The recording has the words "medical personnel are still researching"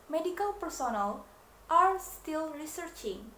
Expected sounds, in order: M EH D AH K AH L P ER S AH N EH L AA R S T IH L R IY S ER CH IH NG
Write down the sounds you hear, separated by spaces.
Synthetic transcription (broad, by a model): M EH D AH K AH L P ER S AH N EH L AA R S T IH L R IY S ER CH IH NG